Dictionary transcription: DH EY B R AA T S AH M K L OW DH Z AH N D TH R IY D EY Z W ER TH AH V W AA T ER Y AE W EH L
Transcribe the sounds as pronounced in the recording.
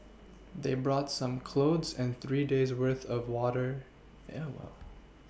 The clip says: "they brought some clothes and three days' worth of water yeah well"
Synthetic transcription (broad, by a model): DH EY B R AA T S AH M K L OW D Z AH N TH R IY D EY Z W ER TH AH V W AA T ER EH W EH L